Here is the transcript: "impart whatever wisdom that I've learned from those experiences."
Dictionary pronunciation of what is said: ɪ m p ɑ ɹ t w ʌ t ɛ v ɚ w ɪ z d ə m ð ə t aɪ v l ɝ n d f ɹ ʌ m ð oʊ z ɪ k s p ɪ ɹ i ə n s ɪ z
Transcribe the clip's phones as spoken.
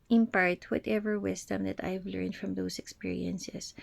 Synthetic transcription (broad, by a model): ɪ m p ɑ ɹ t w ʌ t ɛ v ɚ w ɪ s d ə m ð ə t aɪ v l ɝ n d f ɹ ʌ m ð oʊ s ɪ k s p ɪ ɹ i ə n s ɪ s